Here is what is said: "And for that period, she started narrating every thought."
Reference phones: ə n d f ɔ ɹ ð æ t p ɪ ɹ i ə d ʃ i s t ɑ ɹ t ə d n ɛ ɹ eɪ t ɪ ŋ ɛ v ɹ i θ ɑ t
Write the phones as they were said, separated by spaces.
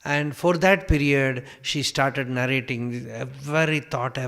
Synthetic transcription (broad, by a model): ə n d f ɔ ɹ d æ t p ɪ ɹ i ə d ʃ i s t ɑ ɹ t ə d n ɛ ɹ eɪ t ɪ ŋ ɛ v ɹ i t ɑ t